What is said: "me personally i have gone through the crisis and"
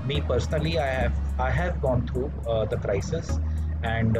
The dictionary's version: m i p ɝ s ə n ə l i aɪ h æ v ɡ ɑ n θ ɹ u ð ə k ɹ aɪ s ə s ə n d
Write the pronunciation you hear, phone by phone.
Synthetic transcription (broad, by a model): m i p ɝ s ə n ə l i aɪ h æ v ɡ ɑ n t ɹ u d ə k ɹ aɪ s ə s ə n d